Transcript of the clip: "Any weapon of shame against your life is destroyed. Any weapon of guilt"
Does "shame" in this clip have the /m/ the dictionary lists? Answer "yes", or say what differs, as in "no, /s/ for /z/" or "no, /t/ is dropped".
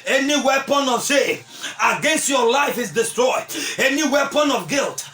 no, /m/ is dropped